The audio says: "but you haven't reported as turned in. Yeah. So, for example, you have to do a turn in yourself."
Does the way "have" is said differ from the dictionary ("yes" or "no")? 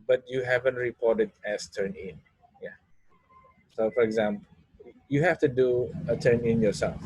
yes